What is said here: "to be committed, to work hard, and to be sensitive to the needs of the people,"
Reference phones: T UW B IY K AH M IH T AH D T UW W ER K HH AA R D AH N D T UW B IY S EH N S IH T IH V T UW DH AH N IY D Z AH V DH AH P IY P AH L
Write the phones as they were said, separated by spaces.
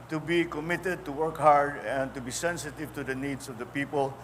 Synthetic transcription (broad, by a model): T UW B IY K AH M IH T AH D T UW W ER K HH AA R D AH N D T UW B IY S EH N S IH T IH V T UW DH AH N IY D S AH V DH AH P IY P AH L